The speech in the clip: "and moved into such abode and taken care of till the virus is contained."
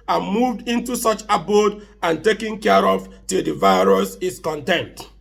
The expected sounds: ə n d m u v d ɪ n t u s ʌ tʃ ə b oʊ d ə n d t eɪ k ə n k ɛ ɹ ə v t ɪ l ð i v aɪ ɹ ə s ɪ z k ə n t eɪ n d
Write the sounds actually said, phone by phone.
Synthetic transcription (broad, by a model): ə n m u v d ɪ n t u s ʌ tʃ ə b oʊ d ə n t eɪ k ə n k ɛ ɹ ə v t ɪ l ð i v aɪ ɹ ə s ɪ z k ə n t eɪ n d